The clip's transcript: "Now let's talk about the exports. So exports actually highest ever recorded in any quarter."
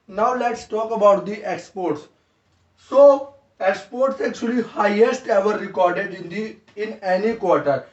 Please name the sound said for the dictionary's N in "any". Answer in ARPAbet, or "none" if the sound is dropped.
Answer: N